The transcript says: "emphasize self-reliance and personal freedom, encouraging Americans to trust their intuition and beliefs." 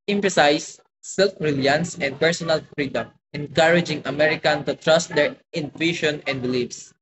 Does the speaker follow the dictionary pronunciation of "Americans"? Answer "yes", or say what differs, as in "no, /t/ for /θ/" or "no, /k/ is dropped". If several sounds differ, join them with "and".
no, /z/ is dropped